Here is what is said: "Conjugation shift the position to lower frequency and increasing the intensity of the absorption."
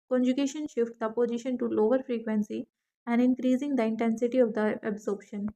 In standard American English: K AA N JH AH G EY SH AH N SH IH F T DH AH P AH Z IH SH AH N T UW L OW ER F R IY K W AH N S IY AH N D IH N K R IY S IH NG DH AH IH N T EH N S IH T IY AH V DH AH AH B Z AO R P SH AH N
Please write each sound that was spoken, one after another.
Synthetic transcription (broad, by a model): K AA N JH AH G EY SH AH N SH IH F T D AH P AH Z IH SH AH N T UW L OW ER F R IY K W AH N S IY AH N D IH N K R IY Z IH NG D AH IH N T EH N S IH T IY AH V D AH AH B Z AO R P SH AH N